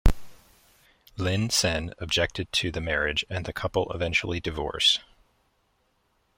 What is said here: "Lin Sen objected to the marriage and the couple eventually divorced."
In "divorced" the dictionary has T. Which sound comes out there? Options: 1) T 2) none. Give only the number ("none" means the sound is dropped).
2